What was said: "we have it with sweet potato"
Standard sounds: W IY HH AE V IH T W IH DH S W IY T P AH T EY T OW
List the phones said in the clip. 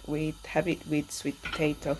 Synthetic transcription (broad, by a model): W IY HH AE B IH T W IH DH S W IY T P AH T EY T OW